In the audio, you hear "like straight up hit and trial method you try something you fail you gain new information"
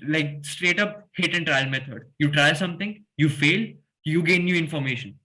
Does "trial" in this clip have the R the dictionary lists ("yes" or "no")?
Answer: yes